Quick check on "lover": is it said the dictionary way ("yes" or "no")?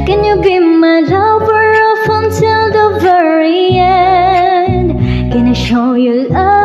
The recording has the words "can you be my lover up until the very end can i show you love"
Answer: no